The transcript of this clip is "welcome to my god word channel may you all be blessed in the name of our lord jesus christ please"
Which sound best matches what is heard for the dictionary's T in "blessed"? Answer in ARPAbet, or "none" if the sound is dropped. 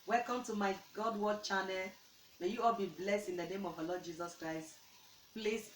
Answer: T